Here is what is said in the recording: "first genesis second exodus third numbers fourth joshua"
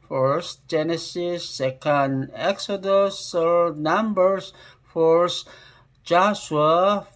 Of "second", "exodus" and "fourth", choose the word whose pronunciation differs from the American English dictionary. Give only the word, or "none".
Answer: fourth